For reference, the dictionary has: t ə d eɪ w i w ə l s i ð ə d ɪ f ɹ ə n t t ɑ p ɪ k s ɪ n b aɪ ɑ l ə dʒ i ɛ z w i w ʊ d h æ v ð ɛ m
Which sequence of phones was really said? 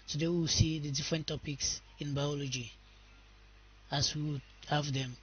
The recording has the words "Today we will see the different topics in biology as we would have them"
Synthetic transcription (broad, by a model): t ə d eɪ w i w s i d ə d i f ɹ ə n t t ɑ p ɪ k s ɪ n b aɪ ɑ l ə dʒ i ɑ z w i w h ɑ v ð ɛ m